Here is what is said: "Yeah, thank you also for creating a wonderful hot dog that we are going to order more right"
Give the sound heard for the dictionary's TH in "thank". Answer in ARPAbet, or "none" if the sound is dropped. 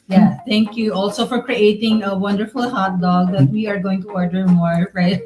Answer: T